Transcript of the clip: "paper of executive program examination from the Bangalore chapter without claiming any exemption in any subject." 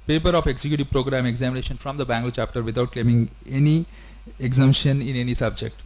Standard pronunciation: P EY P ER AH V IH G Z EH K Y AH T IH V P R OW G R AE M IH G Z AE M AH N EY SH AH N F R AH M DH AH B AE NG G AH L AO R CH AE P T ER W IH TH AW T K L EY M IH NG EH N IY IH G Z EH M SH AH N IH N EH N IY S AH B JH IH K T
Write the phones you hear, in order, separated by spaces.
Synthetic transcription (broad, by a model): P EY P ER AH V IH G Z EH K Y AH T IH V P R OW G R AE M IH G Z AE M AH N EY SH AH N F R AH M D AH B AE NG G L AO CH AE P T ER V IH T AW T K L EY M IH NG EH N IY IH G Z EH M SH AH N IH N EH N IY S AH B JH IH K T